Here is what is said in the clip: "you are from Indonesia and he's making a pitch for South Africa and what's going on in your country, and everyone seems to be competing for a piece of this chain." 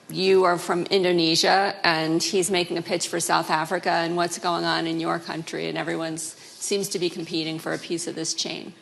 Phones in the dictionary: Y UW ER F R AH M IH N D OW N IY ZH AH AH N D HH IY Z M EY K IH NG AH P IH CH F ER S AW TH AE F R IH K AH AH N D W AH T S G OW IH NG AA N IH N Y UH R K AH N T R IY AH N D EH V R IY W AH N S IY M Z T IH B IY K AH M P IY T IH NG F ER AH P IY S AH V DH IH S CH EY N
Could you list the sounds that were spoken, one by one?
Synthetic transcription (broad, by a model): Y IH ER F R AH M IH N D OW N IY ZH AH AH N IY Z M EY K IH NG AH P IH CH F ER S AW TH AE F R IH K AH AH N W AH T S G OW IH NG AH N IH N Y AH R K AH N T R IY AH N EH V R IY W AH N S IY M Z T IH B IY K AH M P IY T IH NG F ER AH P IY S AH V DH IH S CH EY N